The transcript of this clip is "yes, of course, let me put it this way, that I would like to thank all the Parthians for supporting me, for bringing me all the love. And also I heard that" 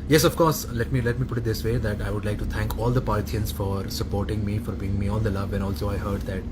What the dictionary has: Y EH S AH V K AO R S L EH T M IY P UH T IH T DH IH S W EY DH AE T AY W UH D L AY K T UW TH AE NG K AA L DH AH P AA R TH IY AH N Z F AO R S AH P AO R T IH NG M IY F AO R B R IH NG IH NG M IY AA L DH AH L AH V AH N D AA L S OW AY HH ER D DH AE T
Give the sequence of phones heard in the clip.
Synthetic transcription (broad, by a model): Y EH S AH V K AO R S L EH T M IY P UH T IH T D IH S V EY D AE T AY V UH D L AY K T UW T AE NG K AA L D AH P AA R T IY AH N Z F AO R S AH P AO R T IH NG M IY F AO R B IY IH NG M IY AA L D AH L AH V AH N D AA L S OW AY HH ER D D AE T